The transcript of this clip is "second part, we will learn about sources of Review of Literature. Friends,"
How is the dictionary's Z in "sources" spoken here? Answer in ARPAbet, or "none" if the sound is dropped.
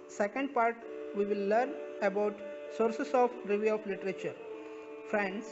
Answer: S